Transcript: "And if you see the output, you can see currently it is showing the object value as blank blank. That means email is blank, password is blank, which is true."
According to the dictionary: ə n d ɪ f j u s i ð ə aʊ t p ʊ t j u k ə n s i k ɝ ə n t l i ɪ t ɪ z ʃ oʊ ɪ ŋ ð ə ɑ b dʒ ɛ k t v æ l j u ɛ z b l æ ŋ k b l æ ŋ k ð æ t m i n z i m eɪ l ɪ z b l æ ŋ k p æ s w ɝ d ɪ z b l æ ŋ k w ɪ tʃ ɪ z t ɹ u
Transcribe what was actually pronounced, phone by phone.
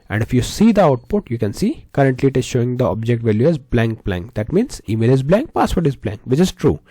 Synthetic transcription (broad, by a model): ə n d ɪ f j u s i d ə aʊ t p ʊ t j u k ə n s i k ɝ ə n t l i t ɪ ʃ oʊ ɪ ŋ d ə ɑ b dʒ ɛ k t v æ l j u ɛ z b l æ ŋ k b l æ ŋ k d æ t m i n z i m eɪ l ɪ z b l æ ŋ k p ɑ s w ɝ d ɪ z b l æ ŋ k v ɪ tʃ ɪ z t ɹ u